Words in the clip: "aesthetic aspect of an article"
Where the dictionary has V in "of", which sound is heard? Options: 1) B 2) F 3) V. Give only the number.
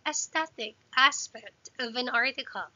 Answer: 3